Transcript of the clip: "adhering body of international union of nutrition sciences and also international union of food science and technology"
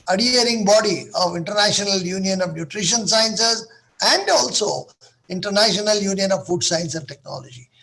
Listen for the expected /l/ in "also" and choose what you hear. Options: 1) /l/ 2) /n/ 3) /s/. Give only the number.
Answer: 1